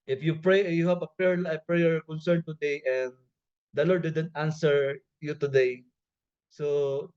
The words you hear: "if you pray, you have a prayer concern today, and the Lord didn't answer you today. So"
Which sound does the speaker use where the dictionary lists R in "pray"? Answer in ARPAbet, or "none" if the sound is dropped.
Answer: R